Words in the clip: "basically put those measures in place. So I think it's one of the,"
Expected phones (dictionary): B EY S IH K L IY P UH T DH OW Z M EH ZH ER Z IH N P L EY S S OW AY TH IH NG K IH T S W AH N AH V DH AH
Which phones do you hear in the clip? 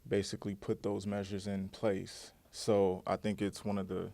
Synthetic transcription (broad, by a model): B EY S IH K L IY P UH T DH OW Z M EH ZH ER Z IH N P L EY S S OW AY TH IH NG K IH T S W AH N AH V DH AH